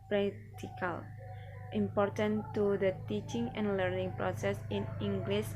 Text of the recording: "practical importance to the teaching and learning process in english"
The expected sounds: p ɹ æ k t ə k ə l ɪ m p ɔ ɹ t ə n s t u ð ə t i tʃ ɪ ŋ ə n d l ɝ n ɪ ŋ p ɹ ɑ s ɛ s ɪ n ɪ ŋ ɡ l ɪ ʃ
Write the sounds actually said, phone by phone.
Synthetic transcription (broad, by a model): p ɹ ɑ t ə k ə l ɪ m p ɔ ɹ t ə n t u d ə t i tʃ ɪ ŋ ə n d l ɝ n ɪ ŋ p ɹ ɑ s ɛ s ɪ n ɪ ŋ ɡ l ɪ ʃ